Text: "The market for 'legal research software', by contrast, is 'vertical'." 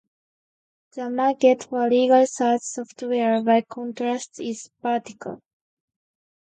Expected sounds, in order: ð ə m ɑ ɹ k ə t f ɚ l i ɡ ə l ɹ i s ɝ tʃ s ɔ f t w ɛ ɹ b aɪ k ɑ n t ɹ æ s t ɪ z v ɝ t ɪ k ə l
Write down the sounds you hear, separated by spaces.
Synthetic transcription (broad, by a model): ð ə m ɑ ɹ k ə t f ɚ l i ɡ ə l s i ɪ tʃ s ɔ f t w ɛ ɹ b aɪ k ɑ n t ɹ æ s t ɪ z p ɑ t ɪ k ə l